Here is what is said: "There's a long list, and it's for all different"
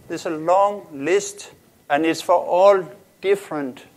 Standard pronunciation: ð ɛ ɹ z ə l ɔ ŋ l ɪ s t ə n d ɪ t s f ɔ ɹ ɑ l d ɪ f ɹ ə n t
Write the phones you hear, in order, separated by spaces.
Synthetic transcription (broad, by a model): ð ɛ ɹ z ə l ɔ ŋ l ɪ s t ə n d ɪ t s f ɔ ɹ ɑ l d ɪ f ɹ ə n t